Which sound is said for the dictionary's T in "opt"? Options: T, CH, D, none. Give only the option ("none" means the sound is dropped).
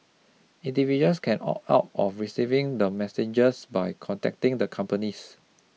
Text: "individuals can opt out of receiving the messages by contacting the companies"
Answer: none